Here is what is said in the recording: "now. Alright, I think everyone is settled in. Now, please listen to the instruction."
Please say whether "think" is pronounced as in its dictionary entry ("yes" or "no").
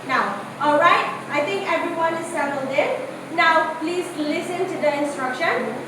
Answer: no